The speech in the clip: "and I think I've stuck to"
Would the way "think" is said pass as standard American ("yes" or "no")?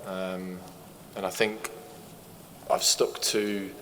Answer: yes